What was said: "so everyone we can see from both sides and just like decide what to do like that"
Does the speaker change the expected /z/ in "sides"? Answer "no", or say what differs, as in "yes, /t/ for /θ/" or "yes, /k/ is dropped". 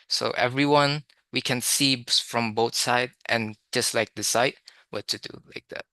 yes, /z/ is dropped